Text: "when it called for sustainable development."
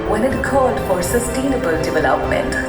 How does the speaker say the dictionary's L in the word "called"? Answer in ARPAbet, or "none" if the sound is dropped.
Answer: none